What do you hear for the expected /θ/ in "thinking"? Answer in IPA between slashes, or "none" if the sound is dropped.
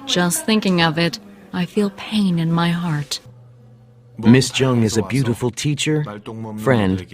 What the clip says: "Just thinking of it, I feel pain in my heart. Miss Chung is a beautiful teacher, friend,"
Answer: /θ/